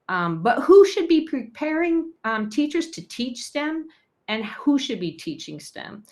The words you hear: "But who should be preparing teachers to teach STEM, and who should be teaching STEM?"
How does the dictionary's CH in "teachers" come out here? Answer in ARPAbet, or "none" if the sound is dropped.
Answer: CH